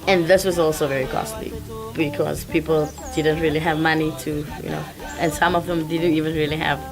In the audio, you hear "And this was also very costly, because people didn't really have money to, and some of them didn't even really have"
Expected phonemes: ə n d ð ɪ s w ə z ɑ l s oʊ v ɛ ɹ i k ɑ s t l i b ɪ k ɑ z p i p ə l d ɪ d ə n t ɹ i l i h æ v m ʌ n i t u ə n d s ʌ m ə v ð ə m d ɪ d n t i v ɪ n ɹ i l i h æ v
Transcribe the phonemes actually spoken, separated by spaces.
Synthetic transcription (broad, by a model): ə n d ð ɪ s w ə z ɑ l s oʊ v ɛ ɹ i k ɑ s t l i b ɪ k ɑ z p i p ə l d ɪ d ə n t ɹ i l i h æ v m ʌ n i t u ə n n s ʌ m ə v ð ə m d ɪ d n t i v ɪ n ɹ i l i h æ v